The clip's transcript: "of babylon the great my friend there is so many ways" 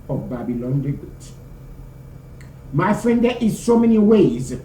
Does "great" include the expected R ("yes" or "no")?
no